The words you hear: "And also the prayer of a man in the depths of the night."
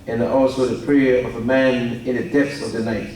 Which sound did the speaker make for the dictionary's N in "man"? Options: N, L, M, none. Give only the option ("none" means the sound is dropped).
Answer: N